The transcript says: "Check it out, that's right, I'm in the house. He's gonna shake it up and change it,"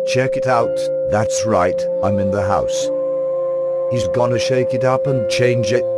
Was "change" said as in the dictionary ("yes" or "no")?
yes